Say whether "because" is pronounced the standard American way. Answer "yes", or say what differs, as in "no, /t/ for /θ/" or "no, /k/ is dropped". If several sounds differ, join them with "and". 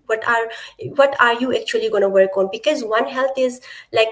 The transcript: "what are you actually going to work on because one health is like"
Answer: yes